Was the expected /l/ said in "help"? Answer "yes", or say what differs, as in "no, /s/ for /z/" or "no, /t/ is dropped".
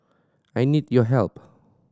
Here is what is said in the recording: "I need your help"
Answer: yes